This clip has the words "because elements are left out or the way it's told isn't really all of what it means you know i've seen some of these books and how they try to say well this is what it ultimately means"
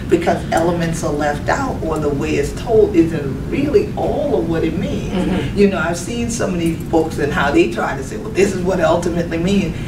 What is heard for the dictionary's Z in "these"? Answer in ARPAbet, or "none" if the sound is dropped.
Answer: none